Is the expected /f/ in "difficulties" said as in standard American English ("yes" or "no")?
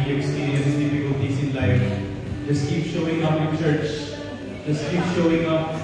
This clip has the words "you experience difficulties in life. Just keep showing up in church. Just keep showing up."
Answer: no